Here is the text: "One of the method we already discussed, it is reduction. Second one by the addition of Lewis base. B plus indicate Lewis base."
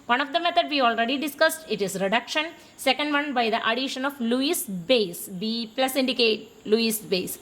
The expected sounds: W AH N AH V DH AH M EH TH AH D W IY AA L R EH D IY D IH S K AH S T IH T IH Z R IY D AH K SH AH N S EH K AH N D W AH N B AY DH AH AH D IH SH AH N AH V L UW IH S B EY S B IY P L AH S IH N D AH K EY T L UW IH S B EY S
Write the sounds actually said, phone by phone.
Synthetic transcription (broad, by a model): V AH N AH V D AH M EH T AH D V IY AA L R EH D IY D IH S K AH S T IH T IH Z R IY D AH K SH AH N S EH K AH N D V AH N B AY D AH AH D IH SH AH N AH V L UW IH S B EY S B IY P L AH S IH N D AH K EY T L UW IH S B EY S